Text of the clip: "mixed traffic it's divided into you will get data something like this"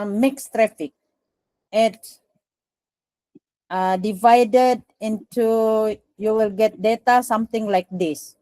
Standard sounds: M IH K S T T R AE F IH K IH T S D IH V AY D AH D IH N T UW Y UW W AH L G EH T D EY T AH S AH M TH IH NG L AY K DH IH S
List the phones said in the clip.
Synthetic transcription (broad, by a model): M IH K S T T R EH F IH K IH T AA D IH V AY D AH D IH N T UW Y UW W AH L G EH T D EY T AH S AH M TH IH NG L AY K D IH S